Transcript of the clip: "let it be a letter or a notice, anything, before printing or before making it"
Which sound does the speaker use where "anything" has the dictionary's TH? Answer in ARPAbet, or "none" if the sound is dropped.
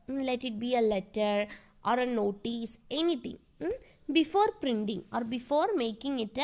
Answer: T